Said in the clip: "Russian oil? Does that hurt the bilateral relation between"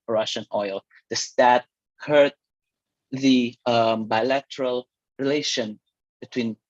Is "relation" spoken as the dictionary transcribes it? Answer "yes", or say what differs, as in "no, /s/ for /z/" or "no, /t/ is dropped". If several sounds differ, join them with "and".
yes